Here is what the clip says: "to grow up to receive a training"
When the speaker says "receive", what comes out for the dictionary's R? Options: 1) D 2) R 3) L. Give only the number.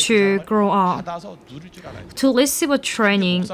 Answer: 3